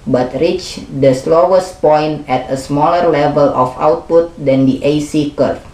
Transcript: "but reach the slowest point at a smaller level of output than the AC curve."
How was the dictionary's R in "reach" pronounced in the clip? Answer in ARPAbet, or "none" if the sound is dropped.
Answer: R